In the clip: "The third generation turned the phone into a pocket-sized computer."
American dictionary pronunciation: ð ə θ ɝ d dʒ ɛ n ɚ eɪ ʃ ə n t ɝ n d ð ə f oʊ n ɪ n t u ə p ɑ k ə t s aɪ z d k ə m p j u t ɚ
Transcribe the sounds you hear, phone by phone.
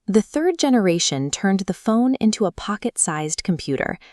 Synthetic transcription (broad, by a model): ð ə θ ɝ d dʒ ɛ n ɚ eɪ ʃ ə n t ɝ n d ð ə f oʊ n ɪ n t u ə p ɑ k ə t s aɪ z d k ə m p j u t ɚ